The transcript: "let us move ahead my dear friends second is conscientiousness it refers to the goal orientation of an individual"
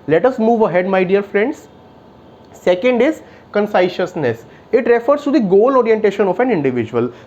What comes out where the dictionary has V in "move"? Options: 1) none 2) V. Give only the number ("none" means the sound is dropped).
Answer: 2